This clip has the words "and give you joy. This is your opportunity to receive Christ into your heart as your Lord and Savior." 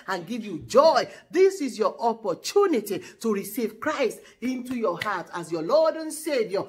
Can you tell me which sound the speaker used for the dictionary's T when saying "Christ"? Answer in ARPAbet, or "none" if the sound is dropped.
T